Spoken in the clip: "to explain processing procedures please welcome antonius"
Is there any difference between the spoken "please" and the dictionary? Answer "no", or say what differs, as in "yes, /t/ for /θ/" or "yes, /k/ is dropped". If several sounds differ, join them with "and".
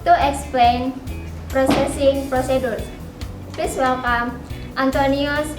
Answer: yes, /l/ is dropped and /s/ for /z/